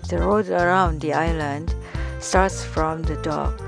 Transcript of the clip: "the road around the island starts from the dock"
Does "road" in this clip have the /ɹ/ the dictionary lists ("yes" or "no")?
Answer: yes